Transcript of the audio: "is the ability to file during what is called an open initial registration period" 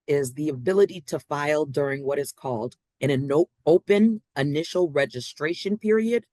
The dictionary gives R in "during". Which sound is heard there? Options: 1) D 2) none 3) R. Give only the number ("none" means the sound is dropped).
3